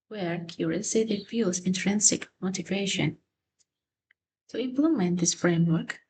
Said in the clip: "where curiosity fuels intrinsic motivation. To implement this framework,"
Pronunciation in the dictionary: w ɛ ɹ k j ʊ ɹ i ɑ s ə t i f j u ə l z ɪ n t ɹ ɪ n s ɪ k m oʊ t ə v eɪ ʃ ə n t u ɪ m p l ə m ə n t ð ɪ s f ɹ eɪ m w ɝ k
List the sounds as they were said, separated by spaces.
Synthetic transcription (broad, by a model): w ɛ ɹ k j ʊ ɹ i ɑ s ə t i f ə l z ɪ n t ɹ ɪ n s ɪ k m oʊ t ə v eɪ ʃ ə n t u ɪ m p l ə m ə n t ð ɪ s f ɹ eɪ m w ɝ k